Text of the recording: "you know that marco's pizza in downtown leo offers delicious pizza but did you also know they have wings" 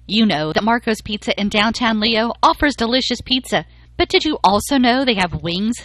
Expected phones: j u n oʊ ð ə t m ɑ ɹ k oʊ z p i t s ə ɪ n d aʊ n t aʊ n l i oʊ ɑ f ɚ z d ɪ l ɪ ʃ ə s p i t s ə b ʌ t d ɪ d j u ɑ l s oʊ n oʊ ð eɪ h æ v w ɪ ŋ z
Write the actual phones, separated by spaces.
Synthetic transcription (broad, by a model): j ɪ n oʊ ð ə t m ɑ ɹ k oʊ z p i t s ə ɪ n d aʊ n t aʊ n l i oʊ ɑ f ɚ z d ɪ l ɪ ʃ ə s p i t s ə b ʌ t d ɪ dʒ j ɑ l s oʊ n oʊ ð eɪ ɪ v w ɪ ŋ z